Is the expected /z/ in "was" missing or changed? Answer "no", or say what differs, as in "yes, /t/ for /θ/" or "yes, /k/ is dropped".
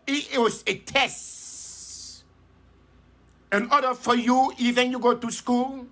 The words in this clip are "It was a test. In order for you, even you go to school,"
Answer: yes, /s/ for /z/